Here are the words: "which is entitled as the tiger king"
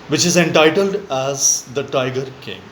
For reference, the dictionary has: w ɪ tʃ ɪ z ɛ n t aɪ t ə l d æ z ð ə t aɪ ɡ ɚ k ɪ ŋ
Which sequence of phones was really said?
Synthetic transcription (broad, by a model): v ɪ tʃ ɪ z ɛ n t aɪ t ə l d æ z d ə t aɪ ɡ ɚ k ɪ ŋ